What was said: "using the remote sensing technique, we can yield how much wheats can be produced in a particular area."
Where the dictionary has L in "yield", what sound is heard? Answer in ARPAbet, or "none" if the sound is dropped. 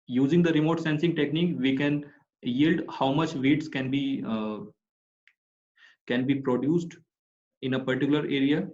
L